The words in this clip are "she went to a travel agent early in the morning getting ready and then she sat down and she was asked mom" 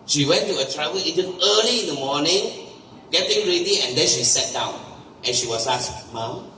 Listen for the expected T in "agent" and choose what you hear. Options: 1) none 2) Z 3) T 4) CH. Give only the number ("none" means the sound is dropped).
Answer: 1